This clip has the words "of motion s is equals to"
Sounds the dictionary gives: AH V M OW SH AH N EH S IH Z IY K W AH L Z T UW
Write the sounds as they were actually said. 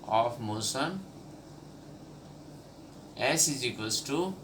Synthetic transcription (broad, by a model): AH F M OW S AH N EH S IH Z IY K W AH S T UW